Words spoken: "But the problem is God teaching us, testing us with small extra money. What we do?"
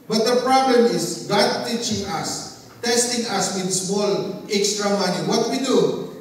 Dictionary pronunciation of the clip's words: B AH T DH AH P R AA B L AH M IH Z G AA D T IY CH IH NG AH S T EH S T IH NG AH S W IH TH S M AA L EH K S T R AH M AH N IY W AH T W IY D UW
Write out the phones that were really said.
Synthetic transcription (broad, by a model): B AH T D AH P R AA B L AH M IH S G AA D T IY CH IH NG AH S T EH S T IH NG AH S W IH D S M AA L EH K S T R AH M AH N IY W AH T W IY D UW